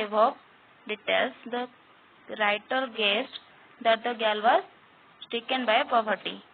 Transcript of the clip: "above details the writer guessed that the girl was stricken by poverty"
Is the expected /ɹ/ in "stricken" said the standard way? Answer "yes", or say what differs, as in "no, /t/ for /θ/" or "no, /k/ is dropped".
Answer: no, /ɹ/ is dropped